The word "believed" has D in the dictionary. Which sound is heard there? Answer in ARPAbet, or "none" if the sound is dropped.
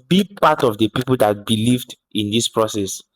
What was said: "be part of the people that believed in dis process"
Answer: D